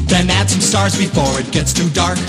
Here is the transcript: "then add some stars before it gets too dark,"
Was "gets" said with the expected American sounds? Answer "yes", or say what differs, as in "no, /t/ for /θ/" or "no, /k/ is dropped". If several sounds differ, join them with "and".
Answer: yes